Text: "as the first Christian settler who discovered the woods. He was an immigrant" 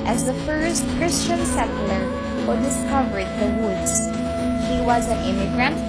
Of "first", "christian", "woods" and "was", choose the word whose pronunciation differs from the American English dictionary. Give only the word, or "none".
none